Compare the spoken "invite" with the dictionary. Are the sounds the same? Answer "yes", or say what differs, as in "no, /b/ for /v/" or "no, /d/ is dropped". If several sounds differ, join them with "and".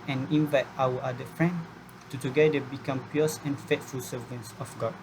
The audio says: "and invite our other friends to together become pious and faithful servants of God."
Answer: yes